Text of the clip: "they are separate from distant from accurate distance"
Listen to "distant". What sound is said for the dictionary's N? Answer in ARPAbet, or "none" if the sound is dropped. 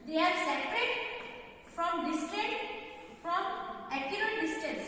none